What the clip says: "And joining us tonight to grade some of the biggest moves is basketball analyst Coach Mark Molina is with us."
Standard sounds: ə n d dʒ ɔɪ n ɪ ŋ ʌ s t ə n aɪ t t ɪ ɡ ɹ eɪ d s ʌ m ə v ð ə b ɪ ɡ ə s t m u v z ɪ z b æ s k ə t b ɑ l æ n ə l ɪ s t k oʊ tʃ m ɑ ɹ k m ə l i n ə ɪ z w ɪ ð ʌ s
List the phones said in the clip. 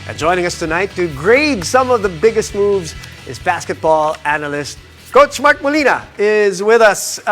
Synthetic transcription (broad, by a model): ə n dʒ ɔɪ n ɪ ŋ ʌ s t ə n aɪ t t ɪ ɡ ɹ eɪ d s ʌ m ə v ð ə b ɪ ɡ ə s t m u v z ɪ z b æ s k ə t b ɑ l æ n ə l ɪ s t k oʊ tʃ m ɑ ɹ k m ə l i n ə ɪ z w ɪ ð ʌ s